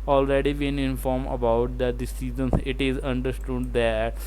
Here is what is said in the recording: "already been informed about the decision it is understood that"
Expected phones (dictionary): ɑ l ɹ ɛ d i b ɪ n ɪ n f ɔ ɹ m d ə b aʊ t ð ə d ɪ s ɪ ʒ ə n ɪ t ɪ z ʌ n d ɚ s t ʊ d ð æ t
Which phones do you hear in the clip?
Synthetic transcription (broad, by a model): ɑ l ɹ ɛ d i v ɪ n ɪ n f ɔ ɹ m ə b aʊ t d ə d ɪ s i z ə n ɪ t ɪ z ʌ n d ɚ s t ʊ d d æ t